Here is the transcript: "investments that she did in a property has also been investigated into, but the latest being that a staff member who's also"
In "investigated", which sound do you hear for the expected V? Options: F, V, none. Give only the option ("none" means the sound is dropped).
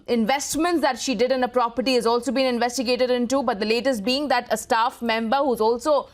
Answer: V